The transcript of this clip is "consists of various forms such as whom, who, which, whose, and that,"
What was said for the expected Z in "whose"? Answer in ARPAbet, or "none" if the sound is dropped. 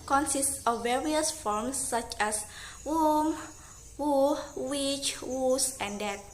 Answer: S